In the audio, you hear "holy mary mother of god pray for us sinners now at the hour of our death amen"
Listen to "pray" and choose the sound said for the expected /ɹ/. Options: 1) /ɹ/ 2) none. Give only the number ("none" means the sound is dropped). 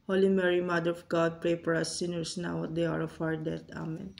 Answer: 1